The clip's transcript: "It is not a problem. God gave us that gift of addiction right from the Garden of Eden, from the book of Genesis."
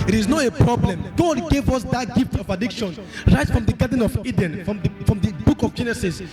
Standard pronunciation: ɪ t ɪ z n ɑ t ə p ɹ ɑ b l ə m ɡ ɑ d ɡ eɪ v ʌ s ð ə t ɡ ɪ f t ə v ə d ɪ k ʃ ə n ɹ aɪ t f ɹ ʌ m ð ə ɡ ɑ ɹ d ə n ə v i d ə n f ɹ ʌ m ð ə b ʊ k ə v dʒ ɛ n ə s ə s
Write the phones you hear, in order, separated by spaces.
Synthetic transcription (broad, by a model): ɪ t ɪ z n ɑ t ə p ɹ ɑ b l ə m ɡ ɑ d ɡ eɪ v ʌ s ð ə t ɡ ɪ f t ə v ə d ɪ k ʃ ə n ɹ aɪ t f ɹ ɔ m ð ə ɡ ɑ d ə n ə v i d ə n f ɹ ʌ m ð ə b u k ə v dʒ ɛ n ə s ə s